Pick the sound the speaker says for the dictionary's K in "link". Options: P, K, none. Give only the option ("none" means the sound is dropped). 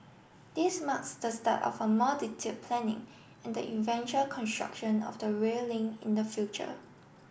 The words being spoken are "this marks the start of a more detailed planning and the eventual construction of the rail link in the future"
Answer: none